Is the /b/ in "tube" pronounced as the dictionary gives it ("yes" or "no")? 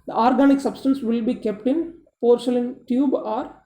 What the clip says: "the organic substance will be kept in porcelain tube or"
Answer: yes